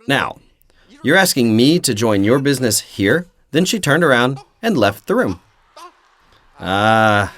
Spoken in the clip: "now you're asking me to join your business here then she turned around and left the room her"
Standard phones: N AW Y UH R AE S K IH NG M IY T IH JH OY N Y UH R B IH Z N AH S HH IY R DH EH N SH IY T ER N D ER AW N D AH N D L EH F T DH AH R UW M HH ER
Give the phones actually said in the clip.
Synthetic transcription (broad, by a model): N AW Y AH R AE S K IH NG M IY T IH JH OY N Y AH R B IH Z N AH S HH IY R DH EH N SH IY T ER N D ER AW N D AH N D L EH F T DH AH R UW M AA